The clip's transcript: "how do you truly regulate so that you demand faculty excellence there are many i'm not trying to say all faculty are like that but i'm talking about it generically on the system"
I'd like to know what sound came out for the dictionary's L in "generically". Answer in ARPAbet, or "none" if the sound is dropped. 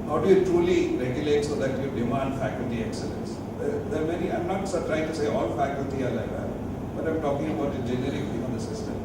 none